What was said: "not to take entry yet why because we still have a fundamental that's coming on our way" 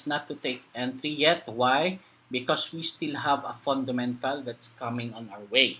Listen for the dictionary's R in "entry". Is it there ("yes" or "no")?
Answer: yes